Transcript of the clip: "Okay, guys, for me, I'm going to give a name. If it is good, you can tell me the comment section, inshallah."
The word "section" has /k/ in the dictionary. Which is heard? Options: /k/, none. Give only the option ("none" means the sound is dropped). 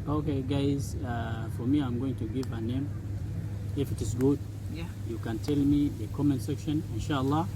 /k/